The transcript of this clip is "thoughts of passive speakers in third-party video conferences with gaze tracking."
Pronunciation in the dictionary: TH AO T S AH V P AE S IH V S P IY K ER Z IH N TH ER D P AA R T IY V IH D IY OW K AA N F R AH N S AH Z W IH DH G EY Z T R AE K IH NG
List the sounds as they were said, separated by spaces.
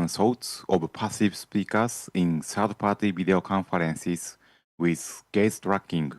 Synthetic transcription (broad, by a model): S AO T S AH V P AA S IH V S P IY K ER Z IH N S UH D P AA T IY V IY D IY OW K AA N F R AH N S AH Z W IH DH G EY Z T R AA K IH NG